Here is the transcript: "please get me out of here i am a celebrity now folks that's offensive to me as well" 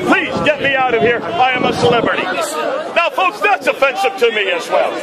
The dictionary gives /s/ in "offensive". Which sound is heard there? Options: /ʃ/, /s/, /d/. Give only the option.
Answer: /ʃ/